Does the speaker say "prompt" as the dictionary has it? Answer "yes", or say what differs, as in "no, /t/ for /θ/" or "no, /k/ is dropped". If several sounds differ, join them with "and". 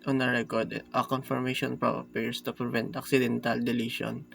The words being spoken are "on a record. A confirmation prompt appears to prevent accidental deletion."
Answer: no, /m/ is dropped and /t/ is dropped